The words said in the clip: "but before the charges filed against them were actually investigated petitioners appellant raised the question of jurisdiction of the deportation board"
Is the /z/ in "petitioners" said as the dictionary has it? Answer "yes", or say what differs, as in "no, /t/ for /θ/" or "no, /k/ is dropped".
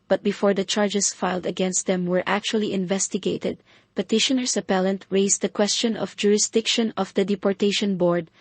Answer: no, /s/ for /z/